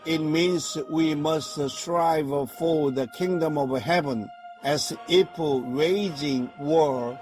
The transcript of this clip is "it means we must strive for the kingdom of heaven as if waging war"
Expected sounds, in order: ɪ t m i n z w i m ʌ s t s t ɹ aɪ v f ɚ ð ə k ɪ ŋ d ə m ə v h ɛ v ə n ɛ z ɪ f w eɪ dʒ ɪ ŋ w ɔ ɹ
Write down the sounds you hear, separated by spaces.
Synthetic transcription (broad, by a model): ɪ t m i n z w i m ʌ s t s t ɹ aɪ v f ɚ ð ə k ɪ ŋ d ə m ə v h ɛ v ə n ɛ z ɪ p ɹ eɪ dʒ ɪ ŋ w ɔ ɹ